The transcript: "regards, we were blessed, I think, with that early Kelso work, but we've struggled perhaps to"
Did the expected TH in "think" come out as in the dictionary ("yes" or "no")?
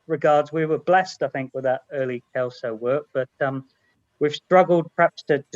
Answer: yes